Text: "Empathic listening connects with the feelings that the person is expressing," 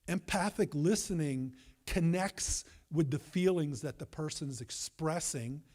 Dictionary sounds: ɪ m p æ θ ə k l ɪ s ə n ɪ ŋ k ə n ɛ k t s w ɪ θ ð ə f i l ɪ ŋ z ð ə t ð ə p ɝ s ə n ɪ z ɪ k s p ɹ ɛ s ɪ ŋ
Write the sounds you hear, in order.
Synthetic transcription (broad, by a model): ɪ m p æ θ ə k l ɪ s ə n ɪ ŋ k ə n ɛ k t s w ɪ ð ə f i l ɪ ŋ z ð ə t ð ə p ɝ s ə n ɪ z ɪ k s p ɹ ɛ s ɪ ŋ